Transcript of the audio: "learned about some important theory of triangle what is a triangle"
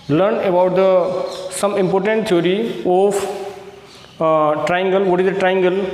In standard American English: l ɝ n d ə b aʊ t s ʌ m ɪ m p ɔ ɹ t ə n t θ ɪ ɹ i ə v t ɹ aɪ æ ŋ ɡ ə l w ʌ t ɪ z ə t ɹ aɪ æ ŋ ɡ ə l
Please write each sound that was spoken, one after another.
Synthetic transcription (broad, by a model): l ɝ n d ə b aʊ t s ʌ m ɪ m p ɔ ɹ t ə n t t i ɹ i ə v t ɹ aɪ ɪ ŋ ɡ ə l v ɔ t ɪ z ə t ɹ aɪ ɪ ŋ ɡ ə l